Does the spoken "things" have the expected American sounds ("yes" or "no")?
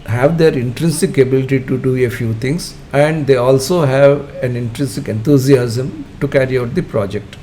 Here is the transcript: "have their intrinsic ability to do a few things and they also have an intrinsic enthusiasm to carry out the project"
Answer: no